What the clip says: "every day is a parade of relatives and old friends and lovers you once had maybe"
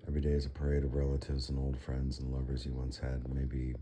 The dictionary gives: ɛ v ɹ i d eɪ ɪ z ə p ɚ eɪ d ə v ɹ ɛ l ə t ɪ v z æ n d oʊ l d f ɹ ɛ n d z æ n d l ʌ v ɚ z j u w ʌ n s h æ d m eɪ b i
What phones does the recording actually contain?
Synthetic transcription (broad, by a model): ɛ v ɹ i d eɪ ɪ z ə p ɚ eɪ d ə v ɹ ɛ l ə t ɪ v z n oʊ l d f ɹ ɛ n d z n l ʌ v ɚ z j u w ʌ n s h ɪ d m eɪ b i